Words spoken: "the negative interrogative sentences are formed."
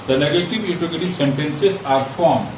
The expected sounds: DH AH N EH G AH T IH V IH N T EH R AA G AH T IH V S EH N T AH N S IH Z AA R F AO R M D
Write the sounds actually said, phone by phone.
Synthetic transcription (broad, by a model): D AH N EH G AH T IH V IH T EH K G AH T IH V S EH N T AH N S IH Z AA R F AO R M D